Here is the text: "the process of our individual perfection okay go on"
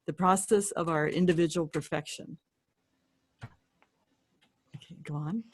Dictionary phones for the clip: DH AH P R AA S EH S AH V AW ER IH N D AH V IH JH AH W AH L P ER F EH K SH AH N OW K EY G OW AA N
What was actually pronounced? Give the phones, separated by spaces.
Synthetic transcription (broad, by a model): DH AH P R AA S EH S AH V AW ER IH N D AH V IH JH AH W L P ER F EH K SH AH N OW K EY G OW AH N